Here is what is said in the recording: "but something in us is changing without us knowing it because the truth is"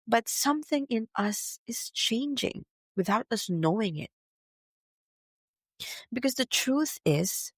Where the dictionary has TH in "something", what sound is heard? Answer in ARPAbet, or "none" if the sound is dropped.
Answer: TH